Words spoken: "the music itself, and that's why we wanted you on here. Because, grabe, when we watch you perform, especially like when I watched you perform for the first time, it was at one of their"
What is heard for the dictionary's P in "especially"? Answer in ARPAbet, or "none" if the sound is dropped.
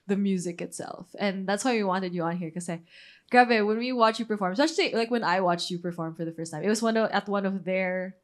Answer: none